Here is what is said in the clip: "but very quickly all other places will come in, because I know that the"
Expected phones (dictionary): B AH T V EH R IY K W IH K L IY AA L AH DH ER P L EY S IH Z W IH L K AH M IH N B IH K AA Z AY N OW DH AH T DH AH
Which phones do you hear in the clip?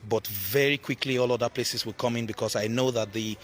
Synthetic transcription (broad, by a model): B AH T V EH R IY K W IH K L IY AA L AH DH ER P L EY S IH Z W IH L K AH M IH N B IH K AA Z AY N OW DH AH T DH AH